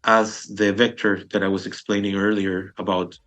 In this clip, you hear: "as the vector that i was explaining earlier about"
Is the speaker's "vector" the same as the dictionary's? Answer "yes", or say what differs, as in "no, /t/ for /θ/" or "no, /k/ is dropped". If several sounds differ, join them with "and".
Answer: yes